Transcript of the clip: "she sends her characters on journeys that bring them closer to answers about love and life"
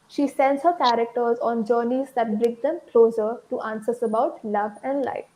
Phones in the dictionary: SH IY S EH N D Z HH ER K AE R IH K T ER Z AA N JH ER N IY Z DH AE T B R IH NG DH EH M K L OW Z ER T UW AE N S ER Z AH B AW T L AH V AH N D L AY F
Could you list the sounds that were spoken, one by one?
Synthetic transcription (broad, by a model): SH IY S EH N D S HH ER K AE R IH K T ER Z AA N JH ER N IY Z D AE T B R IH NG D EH M K L OW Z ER T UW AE N S ER S AH B AW T L AH V AH N D L AY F